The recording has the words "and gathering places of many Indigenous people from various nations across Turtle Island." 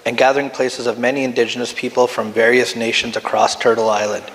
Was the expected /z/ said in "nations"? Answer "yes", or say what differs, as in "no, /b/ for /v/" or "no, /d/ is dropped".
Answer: yes